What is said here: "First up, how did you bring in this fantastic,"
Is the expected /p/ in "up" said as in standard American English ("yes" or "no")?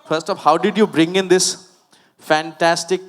no